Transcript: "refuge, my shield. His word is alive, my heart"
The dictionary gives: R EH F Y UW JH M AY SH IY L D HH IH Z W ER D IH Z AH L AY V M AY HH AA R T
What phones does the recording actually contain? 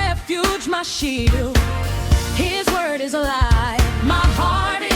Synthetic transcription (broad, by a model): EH F Y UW JH M AY SH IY D HH IH Z W ER D IH Z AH L AY M AY HH AA R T